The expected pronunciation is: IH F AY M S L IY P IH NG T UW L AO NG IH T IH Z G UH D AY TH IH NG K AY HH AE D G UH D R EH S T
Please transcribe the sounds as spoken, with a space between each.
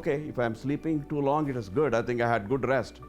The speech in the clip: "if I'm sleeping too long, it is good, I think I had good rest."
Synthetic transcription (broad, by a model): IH F AY M S L IY P IH NG T UW L AO NG IH T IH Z G UH D AY T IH NG K AY HH AE D G UH D R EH S T